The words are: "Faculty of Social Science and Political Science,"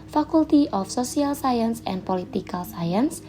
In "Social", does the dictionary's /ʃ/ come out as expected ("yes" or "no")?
no